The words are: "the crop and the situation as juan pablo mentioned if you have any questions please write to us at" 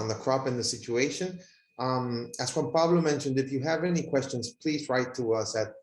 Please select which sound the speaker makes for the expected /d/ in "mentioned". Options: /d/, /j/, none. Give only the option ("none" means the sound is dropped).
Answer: /d/